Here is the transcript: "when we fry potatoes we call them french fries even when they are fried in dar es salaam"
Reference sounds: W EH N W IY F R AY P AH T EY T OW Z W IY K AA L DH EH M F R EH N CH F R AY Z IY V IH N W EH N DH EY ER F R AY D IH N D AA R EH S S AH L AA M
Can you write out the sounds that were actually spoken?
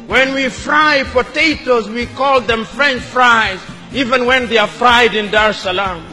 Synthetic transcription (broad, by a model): W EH N W IY F R AY P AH T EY T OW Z W IY K AA L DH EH M F R EH N CH F R AY Z IY V IH N W EH N DH EY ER F R AY D IH N D AA R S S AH L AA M